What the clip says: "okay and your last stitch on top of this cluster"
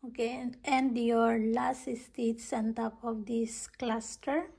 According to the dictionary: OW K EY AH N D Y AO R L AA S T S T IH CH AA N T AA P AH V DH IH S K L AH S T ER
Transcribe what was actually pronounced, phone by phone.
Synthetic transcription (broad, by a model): OW K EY AH N D Y AO R L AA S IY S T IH S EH N T AA P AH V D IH S K L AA S T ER